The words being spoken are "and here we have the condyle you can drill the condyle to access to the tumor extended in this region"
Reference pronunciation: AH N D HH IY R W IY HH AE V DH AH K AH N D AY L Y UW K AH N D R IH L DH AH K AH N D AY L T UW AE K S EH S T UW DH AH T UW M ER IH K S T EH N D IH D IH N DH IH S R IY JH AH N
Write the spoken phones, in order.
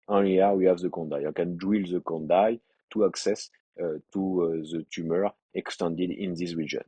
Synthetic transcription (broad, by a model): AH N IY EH W IY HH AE V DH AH K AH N D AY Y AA K AH N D W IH L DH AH K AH N D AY T UW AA K S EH S T UW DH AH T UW M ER IH K S T EH N D IH D IH N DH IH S R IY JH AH N